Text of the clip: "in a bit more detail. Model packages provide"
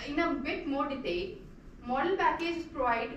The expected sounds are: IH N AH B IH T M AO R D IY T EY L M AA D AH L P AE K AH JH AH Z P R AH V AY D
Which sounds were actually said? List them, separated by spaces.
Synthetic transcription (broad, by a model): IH N AH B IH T M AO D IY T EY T M AA D AH L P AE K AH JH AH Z P R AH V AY D